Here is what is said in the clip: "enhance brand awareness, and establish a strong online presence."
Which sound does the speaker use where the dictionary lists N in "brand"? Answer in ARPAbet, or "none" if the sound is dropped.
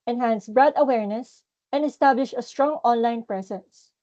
none